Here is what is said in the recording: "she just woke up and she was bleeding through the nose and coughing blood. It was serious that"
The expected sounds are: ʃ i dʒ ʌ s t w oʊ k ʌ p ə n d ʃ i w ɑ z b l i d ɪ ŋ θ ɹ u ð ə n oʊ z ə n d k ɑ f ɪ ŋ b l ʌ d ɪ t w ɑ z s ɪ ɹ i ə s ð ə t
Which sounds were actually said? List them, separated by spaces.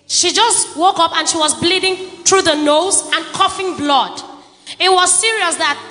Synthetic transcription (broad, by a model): ʃ i dʒ ʌ s t w oʊ k ʌ p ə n ʃ i w ɑ z b l i d ɪ ŋ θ ɹ u ð ə n oʊ z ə n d k ɑ f ɪ ŋ b l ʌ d ɪ t w ɑ z s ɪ ɹ i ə s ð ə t